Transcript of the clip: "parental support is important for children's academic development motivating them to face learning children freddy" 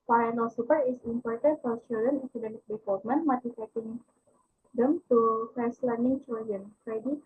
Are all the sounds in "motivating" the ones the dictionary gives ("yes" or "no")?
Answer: no